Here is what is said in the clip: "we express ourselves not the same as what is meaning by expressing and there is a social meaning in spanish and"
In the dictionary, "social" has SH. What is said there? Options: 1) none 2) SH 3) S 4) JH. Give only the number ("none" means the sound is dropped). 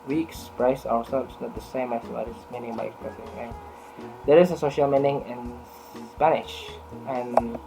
2